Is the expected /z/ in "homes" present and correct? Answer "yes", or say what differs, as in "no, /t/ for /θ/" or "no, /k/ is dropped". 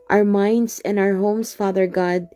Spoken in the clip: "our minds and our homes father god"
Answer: no, /s/ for /z/